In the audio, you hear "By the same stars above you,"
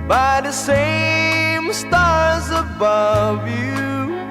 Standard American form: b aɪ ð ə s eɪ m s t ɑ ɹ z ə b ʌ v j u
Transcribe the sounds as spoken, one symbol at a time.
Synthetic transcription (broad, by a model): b aɪ ð ə s eɪ m s t ɑ ɹ z ə b ʌ v j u